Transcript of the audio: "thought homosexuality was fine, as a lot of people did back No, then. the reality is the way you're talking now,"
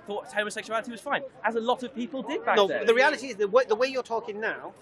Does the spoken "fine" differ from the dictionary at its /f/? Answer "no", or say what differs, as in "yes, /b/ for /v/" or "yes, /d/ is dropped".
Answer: no